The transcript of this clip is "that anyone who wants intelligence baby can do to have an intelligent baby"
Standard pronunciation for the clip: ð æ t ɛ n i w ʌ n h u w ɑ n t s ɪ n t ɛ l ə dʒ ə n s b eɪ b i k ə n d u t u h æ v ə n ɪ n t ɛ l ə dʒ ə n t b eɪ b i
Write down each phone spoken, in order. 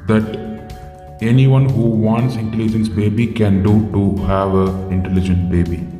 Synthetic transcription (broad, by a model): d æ t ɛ n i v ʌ n h u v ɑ n t s ɪ n t ɛ l ə dʒ ə n s b eɪ b i k ə n d u t u h æ v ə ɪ n t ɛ l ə dʒ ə n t b eɪ b i